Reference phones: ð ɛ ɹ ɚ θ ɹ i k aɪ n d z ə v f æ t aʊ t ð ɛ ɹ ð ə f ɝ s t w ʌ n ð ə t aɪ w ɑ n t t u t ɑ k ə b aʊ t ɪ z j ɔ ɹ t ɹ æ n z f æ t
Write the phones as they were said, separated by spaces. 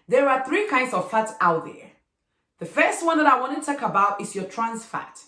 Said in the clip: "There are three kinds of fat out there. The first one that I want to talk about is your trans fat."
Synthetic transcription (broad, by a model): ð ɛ ɹ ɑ θ ɹ i k aɪ n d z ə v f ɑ t aʊ t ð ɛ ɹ ð ə f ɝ s t w ʌ n ð ə t aɪ w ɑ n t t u t ɑ k ə b aʊ t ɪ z j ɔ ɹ t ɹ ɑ n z f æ t